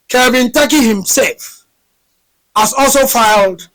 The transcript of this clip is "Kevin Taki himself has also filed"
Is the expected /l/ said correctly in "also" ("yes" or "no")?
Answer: yes